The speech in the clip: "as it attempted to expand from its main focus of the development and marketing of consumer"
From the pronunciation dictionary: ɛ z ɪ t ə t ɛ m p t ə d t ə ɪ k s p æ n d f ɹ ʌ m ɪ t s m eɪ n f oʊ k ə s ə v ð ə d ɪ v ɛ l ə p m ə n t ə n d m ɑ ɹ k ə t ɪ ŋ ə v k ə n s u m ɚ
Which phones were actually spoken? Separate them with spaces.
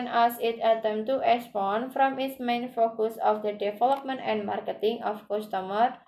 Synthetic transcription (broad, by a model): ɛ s ɪ t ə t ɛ m t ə t ə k s p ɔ n f ɹ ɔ m ɪ t s m eɪ n f oʊ k ə s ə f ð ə d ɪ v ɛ l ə p m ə n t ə n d m ɑ ɹ k ə t ɪ ŋ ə f k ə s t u m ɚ